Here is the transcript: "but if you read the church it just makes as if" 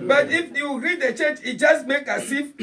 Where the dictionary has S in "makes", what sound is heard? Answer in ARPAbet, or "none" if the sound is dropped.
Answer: none